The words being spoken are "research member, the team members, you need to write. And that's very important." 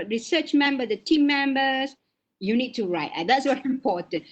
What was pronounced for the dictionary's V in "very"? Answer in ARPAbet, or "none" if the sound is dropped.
W